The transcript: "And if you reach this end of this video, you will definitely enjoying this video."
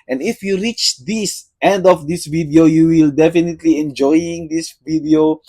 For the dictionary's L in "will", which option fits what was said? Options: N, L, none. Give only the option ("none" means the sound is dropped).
L